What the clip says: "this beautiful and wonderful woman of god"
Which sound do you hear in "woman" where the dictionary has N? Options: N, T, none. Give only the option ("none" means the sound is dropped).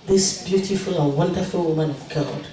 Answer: N